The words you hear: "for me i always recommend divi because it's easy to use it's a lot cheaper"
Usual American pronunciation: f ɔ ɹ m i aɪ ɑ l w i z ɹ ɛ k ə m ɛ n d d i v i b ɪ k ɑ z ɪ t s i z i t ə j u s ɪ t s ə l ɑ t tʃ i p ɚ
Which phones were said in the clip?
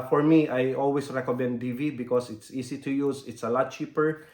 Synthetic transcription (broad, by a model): f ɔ ɹ m i aɪ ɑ l w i s ɹ ɛ k ə m ɛ n d d i v i b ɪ k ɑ s ɪ t s i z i t ə j u s ɪ t s ə l ɑ t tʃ i p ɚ